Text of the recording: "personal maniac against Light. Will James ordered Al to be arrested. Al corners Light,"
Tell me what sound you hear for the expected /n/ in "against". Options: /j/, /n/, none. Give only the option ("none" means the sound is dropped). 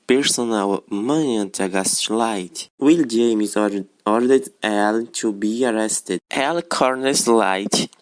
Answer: none